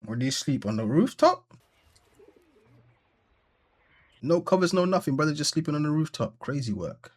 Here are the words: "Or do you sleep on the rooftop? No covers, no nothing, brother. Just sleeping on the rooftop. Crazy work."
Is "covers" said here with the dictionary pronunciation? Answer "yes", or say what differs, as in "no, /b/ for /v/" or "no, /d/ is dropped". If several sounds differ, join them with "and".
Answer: yes